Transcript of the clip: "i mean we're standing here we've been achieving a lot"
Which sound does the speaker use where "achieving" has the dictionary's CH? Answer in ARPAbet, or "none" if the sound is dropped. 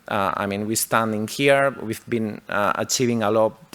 CH